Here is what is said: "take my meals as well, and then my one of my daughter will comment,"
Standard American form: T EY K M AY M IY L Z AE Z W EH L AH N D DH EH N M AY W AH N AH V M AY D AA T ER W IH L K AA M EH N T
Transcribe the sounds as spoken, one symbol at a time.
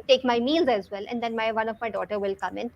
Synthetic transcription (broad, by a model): T EY K M AY M IY L Z AE Z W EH L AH N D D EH N M AY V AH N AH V M AY D AA T ER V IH L K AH M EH N